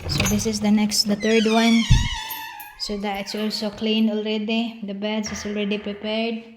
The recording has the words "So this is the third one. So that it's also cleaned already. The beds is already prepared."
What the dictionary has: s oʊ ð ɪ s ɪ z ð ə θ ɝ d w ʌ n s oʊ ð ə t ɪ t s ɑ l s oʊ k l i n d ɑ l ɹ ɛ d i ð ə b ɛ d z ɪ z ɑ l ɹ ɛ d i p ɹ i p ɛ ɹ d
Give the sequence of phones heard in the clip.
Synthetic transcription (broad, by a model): s oʊ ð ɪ s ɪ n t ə t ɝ d w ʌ n s oʊ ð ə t ɪ t s ɑ l s oʊ k l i n ɑ l ɹ ɛ d i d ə b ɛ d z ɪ s ɑ l ɹ ɛ d i p ɹ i p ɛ ɹ d